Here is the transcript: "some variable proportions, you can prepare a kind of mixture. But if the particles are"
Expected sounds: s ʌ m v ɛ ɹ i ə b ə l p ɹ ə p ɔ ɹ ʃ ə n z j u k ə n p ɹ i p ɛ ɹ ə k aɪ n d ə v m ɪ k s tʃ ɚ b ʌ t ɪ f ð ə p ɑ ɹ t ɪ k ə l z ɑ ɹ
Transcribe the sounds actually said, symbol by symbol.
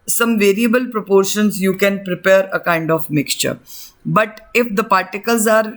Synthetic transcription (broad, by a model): s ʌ m v ɛ ɹ i ə b ə l p ɹ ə p ɔ ɹ ʃ ə n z j u k ə n p ɹ i p ɛ ɹ ə k aɪ n d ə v m ɪ k s tʃ ɚ b ʌ t ɪ f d ə p ɑ ɹ t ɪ k ə l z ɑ ɹ